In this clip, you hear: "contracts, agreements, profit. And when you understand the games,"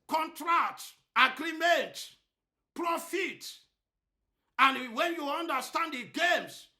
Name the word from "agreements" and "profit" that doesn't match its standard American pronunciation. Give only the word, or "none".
agreements